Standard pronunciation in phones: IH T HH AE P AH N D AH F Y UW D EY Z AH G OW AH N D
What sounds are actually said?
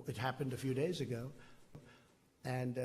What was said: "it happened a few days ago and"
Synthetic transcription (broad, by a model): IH T HH AE P AH N D AH F Y UW D EY Z AH G OW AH N